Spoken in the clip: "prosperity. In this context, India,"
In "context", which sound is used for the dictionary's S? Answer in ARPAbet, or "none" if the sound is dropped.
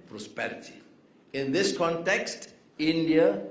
S